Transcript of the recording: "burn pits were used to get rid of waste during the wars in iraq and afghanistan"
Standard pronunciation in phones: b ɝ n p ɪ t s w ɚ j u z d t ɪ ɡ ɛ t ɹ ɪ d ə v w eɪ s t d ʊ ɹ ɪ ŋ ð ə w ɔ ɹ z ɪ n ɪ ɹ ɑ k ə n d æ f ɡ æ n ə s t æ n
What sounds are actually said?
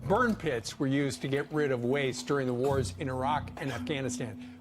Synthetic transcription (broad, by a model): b ɝ n p ɪ t s w ɚ j u z t ɪ ɡ ɛ t ɹ ɪ d ə v w eɪ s d ʊ ɹ ɪ ŋ ð ə w ɔ ɹ z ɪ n ɪ ɹ ɑ k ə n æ f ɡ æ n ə s t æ n